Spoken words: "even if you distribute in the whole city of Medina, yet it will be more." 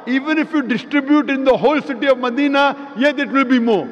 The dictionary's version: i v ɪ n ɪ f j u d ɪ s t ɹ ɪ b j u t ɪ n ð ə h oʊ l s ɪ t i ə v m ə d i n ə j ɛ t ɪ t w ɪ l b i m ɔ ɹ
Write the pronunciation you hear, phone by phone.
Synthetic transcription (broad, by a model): i v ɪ n ɪ f j u d ɪ s t ɹ ɪ b j u t ɪ n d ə h oʊ l s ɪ t i ə v m ə d i n ə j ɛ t ɪ t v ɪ l b i m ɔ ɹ